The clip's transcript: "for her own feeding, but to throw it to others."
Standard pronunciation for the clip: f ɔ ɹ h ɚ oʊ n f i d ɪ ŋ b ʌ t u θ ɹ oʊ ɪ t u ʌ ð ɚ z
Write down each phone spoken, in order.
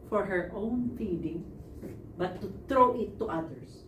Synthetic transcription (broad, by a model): f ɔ ɹ h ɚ oʊ n f i d ɪ ŋ b ʌ t u t ɹ oʊ ɪ t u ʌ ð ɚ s